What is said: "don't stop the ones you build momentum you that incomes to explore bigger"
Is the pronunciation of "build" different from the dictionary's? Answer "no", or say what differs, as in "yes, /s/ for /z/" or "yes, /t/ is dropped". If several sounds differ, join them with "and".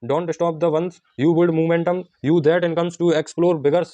yes, /l/ is dropped